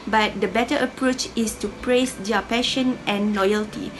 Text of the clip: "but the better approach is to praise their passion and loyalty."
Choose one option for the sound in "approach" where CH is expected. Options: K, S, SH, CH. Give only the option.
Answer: CH